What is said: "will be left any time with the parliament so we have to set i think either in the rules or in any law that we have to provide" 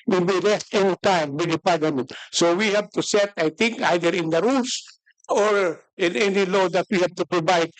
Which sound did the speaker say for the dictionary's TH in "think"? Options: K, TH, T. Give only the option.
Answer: T